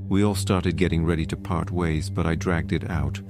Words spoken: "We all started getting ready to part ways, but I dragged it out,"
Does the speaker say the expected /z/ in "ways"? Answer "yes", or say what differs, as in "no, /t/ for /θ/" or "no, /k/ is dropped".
yes